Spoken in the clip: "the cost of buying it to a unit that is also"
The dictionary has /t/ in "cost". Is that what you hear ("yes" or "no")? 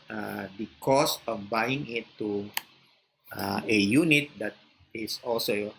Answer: no